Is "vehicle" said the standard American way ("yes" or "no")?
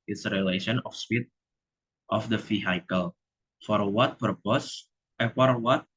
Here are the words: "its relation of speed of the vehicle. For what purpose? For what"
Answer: no